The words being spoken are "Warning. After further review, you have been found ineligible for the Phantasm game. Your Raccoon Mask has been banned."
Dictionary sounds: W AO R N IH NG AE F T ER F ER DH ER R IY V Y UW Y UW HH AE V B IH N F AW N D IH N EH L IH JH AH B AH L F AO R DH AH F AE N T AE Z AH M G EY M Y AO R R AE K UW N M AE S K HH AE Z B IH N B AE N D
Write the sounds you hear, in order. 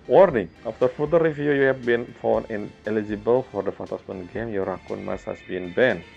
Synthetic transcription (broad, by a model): W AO R N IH NG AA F T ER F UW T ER R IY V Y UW Y UW HH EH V B IH N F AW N IH N EH L IH JH AH B AH L F AO R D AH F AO T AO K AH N G EY M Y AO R R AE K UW N M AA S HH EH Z B IH N B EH N